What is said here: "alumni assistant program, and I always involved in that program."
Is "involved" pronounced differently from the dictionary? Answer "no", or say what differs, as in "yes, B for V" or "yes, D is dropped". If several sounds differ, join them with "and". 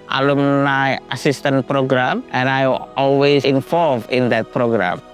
yes, D is dropped